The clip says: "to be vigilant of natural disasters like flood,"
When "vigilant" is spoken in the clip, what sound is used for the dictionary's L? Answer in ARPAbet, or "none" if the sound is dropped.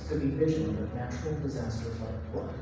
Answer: N